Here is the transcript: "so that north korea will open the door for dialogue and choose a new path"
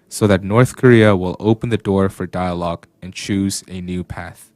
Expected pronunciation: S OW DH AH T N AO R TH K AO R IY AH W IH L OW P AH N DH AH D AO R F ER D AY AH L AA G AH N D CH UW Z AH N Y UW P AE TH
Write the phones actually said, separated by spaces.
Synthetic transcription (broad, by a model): S OW DH AH T N AO R TH K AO R IY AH W IH L OW P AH N DH AH D AO R F ER D AY AH L AA G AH N CH UW Z AH N Y UW P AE TH